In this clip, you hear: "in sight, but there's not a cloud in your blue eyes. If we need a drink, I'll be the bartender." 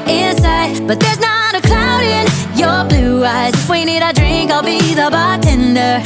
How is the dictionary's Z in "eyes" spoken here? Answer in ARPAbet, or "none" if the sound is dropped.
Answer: Z